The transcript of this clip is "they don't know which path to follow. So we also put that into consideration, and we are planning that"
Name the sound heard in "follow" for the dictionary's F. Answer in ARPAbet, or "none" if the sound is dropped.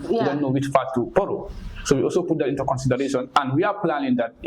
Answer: P